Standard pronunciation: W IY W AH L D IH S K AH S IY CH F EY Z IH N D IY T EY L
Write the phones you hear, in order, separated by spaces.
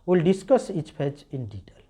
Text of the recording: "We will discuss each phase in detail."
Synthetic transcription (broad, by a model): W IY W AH L D IH S K AH S IY CH P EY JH IH N D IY T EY L